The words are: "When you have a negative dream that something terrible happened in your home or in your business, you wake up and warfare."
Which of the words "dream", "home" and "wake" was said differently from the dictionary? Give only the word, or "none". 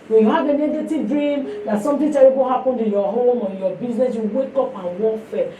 none